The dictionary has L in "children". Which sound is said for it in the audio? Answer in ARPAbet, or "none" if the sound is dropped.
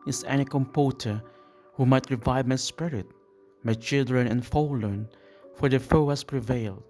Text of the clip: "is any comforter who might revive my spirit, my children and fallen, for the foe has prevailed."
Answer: L